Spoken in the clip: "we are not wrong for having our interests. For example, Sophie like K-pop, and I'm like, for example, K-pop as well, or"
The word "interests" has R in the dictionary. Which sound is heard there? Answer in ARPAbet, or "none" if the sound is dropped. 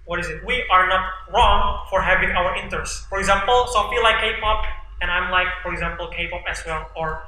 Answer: none